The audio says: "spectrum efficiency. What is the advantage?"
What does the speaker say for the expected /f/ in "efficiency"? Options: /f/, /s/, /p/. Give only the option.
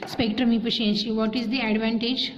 /p/